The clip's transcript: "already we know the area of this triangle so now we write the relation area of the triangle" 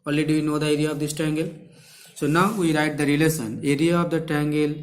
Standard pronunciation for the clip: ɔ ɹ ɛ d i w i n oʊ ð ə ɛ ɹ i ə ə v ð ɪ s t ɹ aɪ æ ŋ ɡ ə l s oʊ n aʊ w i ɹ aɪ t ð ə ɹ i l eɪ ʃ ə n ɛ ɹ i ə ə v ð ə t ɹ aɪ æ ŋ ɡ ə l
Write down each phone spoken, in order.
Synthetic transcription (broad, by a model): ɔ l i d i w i n oʊ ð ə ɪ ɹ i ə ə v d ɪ s t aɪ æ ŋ ɡ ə l s oʊ n aʊ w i ɹ aɪ t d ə ɹ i l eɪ s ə n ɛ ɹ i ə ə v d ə t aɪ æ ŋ ɡ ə l